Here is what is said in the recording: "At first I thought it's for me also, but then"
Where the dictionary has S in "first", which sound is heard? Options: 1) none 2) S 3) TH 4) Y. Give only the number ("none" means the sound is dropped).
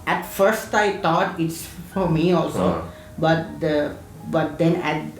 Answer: 2